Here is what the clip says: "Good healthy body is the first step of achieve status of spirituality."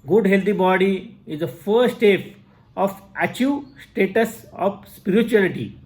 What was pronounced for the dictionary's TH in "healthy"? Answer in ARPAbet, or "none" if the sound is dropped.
T